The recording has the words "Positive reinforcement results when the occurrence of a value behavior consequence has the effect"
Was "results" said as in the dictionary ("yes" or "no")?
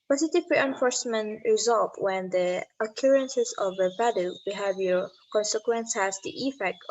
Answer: no